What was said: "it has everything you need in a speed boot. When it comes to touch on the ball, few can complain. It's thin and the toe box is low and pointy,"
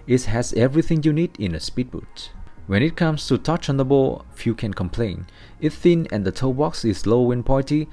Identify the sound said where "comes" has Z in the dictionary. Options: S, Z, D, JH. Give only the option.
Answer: S